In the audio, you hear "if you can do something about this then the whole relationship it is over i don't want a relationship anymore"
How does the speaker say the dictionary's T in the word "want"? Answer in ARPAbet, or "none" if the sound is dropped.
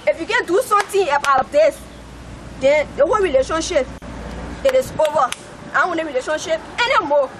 none